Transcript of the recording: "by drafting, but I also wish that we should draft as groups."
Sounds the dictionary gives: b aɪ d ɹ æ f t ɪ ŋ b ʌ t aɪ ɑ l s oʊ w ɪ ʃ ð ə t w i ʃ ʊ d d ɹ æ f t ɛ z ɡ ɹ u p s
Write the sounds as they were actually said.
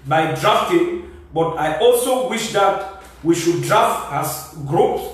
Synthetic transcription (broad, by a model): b aɪ d ɹ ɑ f t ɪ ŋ b ʌ t aɪ ɑ l s oʊ w ɪ ʃ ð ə t w i ʃ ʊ d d ɹ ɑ f t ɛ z ɡ ɹ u p s